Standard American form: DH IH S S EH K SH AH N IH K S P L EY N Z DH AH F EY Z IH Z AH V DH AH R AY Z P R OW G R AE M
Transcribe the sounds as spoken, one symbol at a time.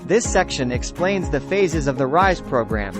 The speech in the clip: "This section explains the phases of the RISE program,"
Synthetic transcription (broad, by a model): DH IH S S EH K SH AH N IH K S P L EY N Z DH AH F EY Z IH Z AH V DH AH R AY Z P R OW G R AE M